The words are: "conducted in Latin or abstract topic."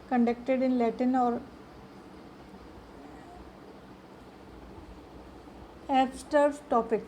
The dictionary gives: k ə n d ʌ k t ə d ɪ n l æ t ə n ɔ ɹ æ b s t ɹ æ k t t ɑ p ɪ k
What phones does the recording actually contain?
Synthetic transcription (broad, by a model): k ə n d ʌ k t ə d ɪ n l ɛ t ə n ɔ ɹ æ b s t ʌ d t t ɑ p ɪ k